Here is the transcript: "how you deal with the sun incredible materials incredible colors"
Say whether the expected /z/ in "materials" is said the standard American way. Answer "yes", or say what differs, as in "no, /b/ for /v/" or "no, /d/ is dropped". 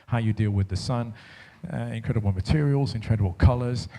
yes